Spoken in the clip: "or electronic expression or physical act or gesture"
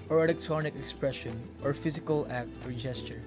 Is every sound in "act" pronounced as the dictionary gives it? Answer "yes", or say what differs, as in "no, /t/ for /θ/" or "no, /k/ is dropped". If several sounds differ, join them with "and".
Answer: yes